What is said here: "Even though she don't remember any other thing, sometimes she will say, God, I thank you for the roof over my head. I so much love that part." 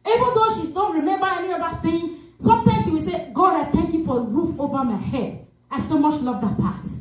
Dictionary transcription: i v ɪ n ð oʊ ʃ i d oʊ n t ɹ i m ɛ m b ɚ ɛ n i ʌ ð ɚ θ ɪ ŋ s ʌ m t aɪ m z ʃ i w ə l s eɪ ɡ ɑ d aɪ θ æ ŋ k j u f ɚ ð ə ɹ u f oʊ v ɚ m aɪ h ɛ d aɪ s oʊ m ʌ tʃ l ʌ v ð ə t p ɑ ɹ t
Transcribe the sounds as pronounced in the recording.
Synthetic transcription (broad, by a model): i v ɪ n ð oʊ ʃ i d oʊ n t ɹ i m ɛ m b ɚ ɛ n i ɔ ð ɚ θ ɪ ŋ s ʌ m t aɪ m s ʃ i w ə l s eɪ ɡ ɑ d aɪ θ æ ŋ k j u f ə ɹ u f oʊ v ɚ m aɪ h ɛ d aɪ s oʊ m ʌ tʃ l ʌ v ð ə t p ɑ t